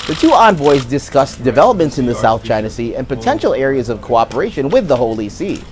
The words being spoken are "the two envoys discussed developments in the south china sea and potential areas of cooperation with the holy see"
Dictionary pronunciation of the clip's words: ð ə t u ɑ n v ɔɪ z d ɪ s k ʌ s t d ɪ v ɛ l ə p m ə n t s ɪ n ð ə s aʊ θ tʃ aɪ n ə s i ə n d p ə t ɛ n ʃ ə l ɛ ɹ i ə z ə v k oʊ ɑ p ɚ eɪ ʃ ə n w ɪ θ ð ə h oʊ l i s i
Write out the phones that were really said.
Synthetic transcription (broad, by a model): ð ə t u ɑ n v ɔɪ z d ɪ s k ʌ s d ɪ v ɛ l ə p m ə n t s ɪ n ð ə s aʊ θ tʃ aɪ n ə s i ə n p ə t ɛ n ʃ l ɛ ɹ i ə z ə v k oʊ ɑ p ɚ eɪ ʃ ə n w ɪ ð ə h oʊ l i s i